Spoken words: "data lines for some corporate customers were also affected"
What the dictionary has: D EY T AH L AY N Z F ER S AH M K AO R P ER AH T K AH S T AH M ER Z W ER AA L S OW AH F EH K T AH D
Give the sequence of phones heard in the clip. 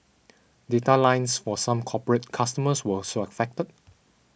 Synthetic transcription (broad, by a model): D EY T AH L AY N S F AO S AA M K AO P ER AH T K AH S T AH M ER S W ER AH S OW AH F EH K T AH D